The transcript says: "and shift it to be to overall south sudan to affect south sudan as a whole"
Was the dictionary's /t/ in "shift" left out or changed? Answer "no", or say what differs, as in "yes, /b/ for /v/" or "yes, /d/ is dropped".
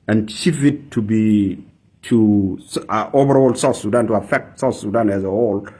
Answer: yes, /t/ is dropped